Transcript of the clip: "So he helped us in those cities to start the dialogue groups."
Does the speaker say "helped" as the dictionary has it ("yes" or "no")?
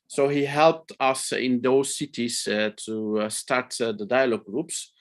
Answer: yes